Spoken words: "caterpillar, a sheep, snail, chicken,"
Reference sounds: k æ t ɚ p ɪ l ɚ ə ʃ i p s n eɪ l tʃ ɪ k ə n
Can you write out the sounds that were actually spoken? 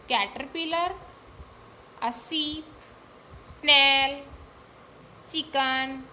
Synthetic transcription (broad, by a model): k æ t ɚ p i l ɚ ə s i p s n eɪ l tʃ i k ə n